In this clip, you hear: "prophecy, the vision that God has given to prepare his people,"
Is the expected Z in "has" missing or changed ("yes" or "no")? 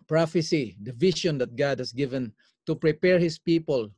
yes